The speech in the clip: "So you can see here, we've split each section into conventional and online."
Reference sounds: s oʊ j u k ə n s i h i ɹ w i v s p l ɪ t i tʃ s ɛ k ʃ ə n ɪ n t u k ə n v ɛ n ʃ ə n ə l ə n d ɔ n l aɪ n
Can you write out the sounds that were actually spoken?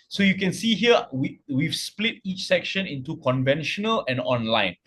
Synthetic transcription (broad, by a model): s oʊ j u k ə n s i h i w w i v s p l ɪ t i tʃ s ɛ k ʃ ə n ɪ n t u k ə n v ɛ n ʃ ə n ə l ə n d ɔ n l aɪ n